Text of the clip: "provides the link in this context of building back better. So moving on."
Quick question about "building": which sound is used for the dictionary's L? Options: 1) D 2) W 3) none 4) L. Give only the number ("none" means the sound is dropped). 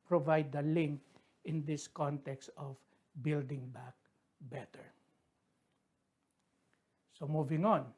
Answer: 4